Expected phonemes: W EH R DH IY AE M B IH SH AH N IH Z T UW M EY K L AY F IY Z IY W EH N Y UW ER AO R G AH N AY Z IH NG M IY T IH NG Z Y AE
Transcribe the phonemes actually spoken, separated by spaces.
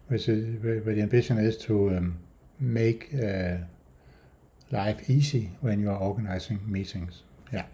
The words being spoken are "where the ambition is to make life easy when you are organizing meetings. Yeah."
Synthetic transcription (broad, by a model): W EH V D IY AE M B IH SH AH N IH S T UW M EY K L AY F IY S IY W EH N Y UW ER AO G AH N AY S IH NG M IY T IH NG S Y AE